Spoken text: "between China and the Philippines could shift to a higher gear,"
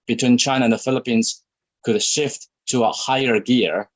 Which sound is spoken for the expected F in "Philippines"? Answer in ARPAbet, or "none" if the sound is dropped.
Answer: F